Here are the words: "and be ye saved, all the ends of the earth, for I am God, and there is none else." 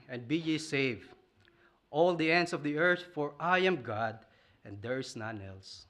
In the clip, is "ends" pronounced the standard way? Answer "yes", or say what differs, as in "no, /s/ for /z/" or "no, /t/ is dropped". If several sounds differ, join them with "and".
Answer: no, /s/ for /z/